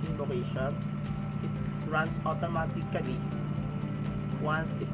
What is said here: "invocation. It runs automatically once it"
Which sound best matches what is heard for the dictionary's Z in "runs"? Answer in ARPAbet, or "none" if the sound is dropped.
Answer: S